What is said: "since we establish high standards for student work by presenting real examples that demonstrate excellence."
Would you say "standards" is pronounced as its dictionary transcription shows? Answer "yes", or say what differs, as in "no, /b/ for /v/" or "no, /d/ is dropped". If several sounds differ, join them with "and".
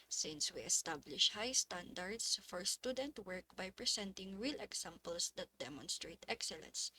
no, /s/ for /z/